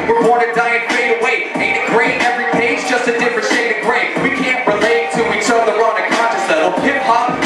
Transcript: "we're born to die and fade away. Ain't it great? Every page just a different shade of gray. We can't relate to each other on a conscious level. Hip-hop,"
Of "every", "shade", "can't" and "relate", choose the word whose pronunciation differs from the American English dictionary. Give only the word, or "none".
shade